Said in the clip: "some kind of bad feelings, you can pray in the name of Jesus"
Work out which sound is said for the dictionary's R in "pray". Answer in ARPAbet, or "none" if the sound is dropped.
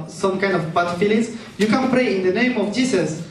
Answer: R